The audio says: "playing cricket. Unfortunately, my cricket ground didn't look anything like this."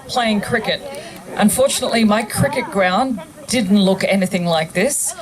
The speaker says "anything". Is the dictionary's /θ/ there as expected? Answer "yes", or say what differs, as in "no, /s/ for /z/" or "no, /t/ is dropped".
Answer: yes